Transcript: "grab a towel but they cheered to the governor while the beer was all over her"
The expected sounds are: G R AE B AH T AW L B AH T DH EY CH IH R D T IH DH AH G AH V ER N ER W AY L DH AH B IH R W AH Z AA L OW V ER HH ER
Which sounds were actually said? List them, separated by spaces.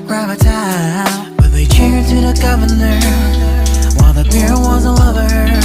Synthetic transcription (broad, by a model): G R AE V AH T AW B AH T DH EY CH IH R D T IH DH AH G AH V ER N ER W AY L DH AH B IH R W AH Z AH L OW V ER ER